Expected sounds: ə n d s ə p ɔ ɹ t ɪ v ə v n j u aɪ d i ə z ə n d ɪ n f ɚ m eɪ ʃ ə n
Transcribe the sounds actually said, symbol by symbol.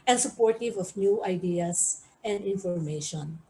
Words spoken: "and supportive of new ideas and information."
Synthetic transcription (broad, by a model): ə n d s ə p ɔ ɹ t ɪ v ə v n j u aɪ d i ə s ə n d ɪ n f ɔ m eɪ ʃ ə n